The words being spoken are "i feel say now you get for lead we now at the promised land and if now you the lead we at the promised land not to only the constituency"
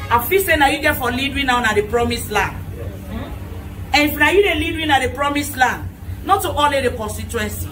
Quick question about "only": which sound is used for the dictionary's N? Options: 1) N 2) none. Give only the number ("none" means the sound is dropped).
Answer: 2